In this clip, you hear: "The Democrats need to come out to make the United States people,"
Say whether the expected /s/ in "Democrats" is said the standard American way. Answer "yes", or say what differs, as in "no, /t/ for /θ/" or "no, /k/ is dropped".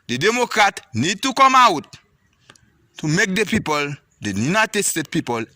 no, /s/ is dropped